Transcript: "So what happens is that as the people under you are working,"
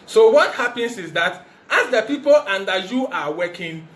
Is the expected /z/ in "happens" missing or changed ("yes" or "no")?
yes